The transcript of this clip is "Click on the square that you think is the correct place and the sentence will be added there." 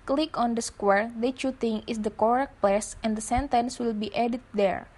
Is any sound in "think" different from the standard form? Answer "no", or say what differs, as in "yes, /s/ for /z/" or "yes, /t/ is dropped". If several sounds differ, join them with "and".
yes, /t/ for /θ/ and /k/ is dropped